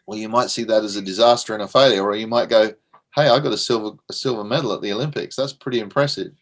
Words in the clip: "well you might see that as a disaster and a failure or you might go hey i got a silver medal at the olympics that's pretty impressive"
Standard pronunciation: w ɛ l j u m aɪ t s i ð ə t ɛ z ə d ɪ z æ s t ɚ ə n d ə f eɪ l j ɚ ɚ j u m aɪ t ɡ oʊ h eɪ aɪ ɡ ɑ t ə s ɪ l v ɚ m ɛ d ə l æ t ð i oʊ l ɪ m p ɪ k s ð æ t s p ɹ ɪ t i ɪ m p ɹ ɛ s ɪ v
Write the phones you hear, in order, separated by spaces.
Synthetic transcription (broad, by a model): w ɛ l j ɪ m aɪ t s i ð ə t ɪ z ə d ɪ z æ s t ɚ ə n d ə f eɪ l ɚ ɚ j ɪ m aɪ t ɡ oʊ h eɪ aɪ ɡ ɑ t ə s ɪ l v ɚ m ɛ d l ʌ t ð i oʊ l ɪ m p ɪ k s ð æ t s p ɹ ɪ t i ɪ m p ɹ ɛ s ɪ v